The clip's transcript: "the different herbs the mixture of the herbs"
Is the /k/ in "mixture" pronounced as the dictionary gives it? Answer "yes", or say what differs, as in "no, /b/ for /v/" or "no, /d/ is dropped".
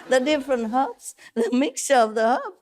yes